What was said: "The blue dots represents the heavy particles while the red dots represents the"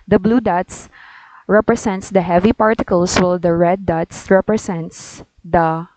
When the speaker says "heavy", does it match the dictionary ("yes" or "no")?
yes